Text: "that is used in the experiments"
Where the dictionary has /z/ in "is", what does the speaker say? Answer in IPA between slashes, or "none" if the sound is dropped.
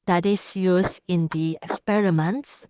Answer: /s/